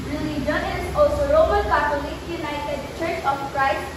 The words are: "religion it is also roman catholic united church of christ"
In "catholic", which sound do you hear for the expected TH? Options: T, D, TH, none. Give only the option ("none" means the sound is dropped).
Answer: T